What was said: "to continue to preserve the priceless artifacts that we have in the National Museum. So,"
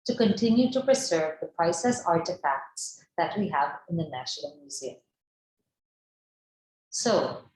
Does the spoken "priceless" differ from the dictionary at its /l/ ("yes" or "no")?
yes